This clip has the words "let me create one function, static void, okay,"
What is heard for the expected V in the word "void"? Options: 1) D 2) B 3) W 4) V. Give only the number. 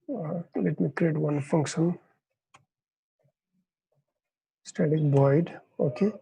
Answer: 2